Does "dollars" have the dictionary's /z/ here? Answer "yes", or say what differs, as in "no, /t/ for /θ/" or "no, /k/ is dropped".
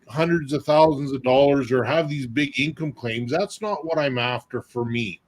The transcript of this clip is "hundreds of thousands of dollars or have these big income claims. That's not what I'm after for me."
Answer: yes